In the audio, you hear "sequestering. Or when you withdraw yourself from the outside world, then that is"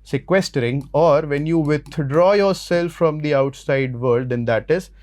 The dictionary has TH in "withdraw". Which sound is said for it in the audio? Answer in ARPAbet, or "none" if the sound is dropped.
T